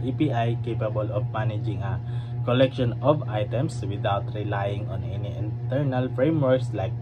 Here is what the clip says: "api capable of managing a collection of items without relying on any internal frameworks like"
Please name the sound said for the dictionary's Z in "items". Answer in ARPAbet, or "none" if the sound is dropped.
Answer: S